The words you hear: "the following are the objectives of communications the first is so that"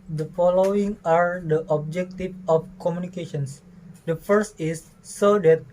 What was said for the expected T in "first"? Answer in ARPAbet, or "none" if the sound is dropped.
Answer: T